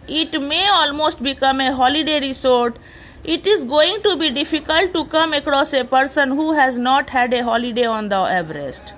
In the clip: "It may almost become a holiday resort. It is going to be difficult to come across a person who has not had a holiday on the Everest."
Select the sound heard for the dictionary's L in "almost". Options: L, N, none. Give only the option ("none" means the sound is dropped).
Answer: L